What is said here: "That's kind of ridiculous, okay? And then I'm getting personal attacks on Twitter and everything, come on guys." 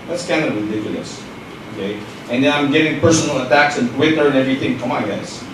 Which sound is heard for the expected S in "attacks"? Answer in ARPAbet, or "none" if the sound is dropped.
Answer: S